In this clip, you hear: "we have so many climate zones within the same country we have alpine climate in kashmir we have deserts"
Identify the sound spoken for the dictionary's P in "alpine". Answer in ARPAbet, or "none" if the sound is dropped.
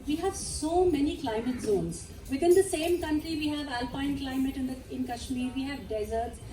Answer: P